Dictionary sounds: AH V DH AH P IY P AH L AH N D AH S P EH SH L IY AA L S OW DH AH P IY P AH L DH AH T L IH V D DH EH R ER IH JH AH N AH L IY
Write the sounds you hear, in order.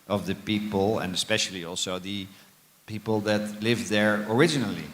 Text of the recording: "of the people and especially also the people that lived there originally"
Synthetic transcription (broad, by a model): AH V DH AH P IY P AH L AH N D AH S P EH SH L IY AA L S OW DH AH P IY P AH L DH AH T L IH V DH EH R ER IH JH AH N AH L IY